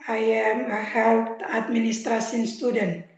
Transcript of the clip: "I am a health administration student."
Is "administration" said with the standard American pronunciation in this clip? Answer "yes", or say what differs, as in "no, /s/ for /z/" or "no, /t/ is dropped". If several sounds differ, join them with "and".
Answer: no, /s/ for /ʃ/